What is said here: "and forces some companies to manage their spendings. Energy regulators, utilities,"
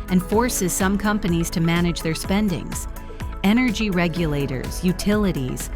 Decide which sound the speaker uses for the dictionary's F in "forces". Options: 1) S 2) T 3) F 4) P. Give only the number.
3